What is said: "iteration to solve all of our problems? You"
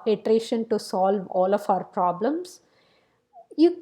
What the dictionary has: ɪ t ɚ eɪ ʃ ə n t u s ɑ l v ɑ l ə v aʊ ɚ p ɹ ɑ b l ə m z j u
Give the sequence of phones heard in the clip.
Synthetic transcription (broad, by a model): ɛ t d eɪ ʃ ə n t u s ɑ l v ɑ l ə f aʊ ɚ p ɹ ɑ b l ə m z j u